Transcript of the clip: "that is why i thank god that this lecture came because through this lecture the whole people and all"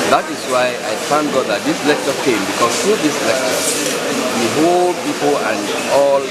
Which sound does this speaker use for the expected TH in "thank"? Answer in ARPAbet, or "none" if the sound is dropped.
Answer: F